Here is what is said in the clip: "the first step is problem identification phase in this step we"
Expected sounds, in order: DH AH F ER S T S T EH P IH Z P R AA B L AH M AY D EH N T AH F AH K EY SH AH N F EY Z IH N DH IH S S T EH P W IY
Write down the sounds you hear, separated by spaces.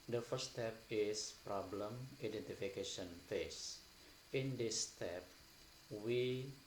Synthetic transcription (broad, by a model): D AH F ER T S T EH P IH S P R AA B L AH M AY D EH N T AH F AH K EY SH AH N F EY S IH N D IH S S T EH P W IY